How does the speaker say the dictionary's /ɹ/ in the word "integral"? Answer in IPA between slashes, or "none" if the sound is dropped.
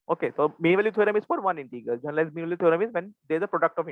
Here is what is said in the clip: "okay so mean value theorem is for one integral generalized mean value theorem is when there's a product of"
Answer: none